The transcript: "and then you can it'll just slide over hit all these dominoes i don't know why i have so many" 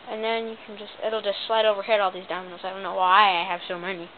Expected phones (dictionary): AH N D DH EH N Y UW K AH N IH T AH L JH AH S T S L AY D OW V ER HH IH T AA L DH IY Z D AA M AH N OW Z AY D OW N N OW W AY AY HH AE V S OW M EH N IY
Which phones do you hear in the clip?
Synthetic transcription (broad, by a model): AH N DH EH N Y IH K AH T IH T L JH AH S T S L AY D OW V ER HH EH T AA L DH IY Z D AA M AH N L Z AY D OW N N OW W AY AY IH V S OW M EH N IY